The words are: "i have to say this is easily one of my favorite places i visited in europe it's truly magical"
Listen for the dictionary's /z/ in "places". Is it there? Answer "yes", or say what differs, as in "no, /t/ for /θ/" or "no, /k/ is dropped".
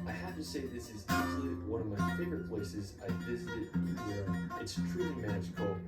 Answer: yes